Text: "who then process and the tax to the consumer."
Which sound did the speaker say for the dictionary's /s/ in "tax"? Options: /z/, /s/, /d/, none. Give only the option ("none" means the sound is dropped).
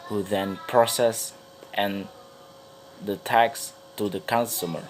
/s/